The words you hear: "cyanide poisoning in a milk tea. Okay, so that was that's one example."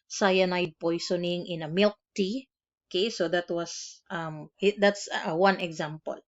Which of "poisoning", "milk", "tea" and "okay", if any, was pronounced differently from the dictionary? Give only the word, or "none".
poisoning